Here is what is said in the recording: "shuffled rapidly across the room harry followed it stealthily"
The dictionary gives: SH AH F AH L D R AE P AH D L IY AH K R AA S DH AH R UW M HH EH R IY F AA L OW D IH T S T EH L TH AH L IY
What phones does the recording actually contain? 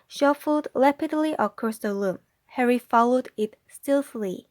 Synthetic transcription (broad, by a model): SH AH F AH L D L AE P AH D L IY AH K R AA S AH L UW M HH EH R IY F AA L OW D IH T S T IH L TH L IY